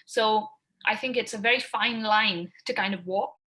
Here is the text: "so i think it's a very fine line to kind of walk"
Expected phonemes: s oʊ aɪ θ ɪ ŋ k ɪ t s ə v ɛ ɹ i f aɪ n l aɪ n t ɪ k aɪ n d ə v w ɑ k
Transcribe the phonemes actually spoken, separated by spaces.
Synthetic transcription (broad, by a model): s oʊ aɪ θ ɪ ŋ k ɪ t s ə v ɛ ɹ i f aɪ n l aɪ n t ɪ k aɪ n d ə v w ɑ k